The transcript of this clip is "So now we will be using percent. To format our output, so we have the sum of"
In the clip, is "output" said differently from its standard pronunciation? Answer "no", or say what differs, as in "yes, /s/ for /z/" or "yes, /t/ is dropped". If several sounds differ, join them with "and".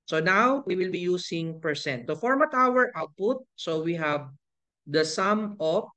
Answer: no